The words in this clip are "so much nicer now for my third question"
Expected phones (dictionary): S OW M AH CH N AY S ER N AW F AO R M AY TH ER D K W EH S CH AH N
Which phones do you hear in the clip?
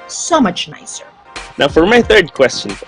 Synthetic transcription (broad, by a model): S OW M AH CH N AY S ER N AW F AO R M AY TH ER D K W EH S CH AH N